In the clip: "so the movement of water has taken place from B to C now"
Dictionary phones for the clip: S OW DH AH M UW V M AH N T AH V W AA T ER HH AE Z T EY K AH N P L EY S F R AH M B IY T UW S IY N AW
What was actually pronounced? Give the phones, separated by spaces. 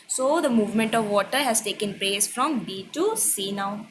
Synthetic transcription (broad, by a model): S OW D AH M UW V M AH N T AH V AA T ER HH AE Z T EY K AH N P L EY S F R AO M B IY T UW S IY N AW